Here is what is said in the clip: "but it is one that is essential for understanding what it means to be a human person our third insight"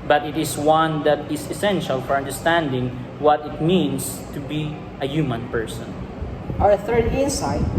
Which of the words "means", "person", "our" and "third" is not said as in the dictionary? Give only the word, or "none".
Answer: means